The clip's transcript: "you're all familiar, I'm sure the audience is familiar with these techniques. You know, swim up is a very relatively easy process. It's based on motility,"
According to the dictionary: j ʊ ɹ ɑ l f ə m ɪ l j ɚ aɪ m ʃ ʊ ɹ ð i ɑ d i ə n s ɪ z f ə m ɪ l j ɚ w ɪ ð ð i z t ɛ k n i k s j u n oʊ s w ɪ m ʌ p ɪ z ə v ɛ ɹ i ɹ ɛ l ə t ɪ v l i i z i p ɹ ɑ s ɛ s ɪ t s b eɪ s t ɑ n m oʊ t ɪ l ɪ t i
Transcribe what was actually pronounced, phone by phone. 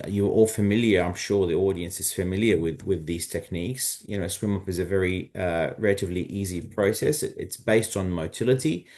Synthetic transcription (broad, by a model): j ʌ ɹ ɑ l f ə m ɪ l j ɚ aɪ m ʃ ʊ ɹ ð i ɑ d i ə n s ɪ z f ə m ɪ l j ɚ w ɪ ð ð i z t ɛ k n i k s j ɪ n oʊ s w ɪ m ʌ p ɪ z ə v ɛ ɹ i ɹ ɛ l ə t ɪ v l i i z i p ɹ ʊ s ɛ s ɪ t s b eɪ s t n m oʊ t ɪ l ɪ t i